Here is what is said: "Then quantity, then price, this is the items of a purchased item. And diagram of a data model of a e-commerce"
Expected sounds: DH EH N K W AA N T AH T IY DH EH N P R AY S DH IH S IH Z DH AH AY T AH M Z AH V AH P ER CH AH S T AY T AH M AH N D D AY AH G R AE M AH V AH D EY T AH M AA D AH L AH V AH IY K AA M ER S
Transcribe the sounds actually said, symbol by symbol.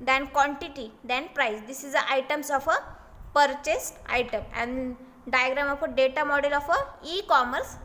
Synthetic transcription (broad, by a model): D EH N K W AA N T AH T IY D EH N P R AY S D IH S IH Z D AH AY T AH M S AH F AH P ER CH AH S T AY T AH M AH N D D AY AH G R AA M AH F AH D EY T AH M AA D AH L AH F AH IY K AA M ER S